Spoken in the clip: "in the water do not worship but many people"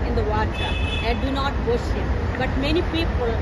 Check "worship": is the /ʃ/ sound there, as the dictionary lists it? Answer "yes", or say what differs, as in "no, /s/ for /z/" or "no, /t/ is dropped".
no, /s/ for /ʃ/